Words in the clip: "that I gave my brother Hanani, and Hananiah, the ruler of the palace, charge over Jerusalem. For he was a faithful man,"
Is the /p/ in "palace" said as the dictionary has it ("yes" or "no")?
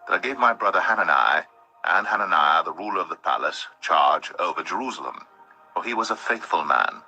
yes